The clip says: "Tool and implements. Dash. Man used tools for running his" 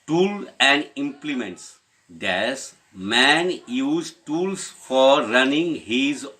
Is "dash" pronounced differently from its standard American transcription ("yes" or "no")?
yes